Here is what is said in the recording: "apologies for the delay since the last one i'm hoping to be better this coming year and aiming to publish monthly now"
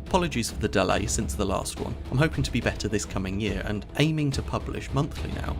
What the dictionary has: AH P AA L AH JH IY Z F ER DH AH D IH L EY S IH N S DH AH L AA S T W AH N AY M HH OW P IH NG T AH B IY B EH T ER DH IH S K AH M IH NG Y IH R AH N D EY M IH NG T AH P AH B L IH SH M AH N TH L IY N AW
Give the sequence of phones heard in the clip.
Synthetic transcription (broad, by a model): AH P AA L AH JH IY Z F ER DH AH D IH L EY S IH N S DH AH L AA S T W AH N AY M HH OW P IH NG T AH B IY B EH T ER DH IH S K AH M IH NG Y IH R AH N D EY M IH NG T AH P AH B L IH SH M AH N TH L IY N AW